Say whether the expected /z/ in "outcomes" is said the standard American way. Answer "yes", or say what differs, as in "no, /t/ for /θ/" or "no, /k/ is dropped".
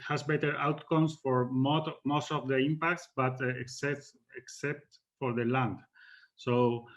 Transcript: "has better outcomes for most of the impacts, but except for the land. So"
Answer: no, /s/ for /z/